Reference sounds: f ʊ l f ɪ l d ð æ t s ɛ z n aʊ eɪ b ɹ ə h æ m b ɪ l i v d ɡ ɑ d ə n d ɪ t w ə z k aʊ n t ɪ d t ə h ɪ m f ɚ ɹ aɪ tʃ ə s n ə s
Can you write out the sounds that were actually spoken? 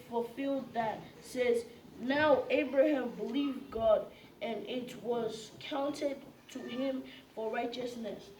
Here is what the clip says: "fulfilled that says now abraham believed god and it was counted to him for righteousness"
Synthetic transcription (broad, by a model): f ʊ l f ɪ l d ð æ t s ɛ z n aʊ eɪ b ɹ ə h æ m b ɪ l i v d ɡ ɑ d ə n ɪ t w ə z k aʊ n t ɪ d t ə h ɪ m f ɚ ɹ aɪ tʃ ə s n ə s